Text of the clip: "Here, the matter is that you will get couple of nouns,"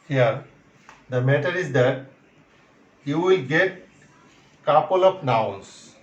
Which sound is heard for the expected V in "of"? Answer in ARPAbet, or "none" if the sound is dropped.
P